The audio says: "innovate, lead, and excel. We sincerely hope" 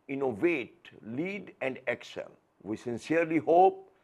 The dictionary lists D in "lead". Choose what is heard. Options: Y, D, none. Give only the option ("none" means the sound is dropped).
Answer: D